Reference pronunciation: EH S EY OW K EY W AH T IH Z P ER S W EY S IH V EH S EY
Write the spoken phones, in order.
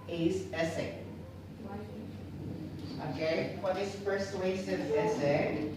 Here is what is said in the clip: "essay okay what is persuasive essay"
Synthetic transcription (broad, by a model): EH S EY OW K EY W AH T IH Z F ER S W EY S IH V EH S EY